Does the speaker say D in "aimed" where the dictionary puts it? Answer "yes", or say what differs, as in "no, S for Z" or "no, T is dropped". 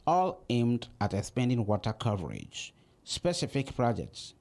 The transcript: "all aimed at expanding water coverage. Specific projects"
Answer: yes